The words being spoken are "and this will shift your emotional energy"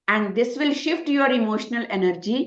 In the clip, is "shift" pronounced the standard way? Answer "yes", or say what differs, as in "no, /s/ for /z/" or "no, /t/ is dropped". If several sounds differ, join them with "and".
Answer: yes